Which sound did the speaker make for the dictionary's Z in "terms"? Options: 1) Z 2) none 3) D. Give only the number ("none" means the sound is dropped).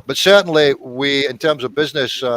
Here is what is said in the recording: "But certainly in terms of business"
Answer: 1